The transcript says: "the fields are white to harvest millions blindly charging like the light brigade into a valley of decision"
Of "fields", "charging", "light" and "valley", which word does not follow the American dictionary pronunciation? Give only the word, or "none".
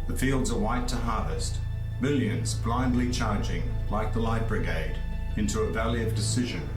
none